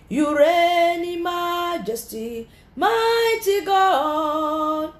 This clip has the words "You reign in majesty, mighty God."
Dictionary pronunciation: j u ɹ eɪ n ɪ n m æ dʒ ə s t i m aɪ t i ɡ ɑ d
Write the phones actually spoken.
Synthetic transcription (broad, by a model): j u ɹ eɪ n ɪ m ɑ dʒ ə s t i m aɪ t i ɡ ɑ